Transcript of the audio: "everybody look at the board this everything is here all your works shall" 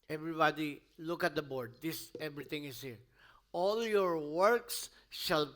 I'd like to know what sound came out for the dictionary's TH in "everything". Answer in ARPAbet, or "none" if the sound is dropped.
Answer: T